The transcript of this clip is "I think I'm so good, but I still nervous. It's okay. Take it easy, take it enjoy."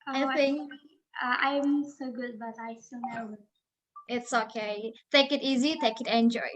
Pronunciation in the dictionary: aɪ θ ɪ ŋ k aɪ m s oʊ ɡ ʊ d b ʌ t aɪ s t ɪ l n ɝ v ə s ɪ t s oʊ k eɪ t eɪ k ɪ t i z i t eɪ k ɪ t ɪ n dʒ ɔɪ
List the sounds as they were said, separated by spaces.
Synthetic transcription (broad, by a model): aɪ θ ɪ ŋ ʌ aɪ m s oʊ ɡ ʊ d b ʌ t aɪ s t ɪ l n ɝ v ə ɪ t s oʊ k eɪ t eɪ k ɪ t i z i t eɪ k ɪ t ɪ n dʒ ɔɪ